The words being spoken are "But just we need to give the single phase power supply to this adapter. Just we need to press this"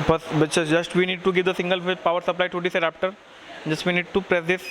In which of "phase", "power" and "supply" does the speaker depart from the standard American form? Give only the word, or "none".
phase